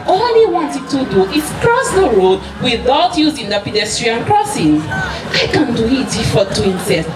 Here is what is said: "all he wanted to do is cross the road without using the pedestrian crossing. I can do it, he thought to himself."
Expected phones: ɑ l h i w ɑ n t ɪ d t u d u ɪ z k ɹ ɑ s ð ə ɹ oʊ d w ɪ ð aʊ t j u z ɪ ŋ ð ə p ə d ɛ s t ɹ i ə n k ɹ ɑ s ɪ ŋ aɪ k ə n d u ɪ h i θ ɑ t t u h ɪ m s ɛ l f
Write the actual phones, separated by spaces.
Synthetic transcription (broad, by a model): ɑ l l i w ɑ n t ɪ d t u d u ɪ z k ɹ ɑ s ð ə ɹ oʊ d w ɪ ð aʊ t j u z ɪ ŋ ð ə p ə d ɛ s t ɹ i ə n k ɹ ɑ s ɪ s aɪ k ə n d u ɪ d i f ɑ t t u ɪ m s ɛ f